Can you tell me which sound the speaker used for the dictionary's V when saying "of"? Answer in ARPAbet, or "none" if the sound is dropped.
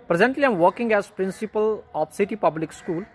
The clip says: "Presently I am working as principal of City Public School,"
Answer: P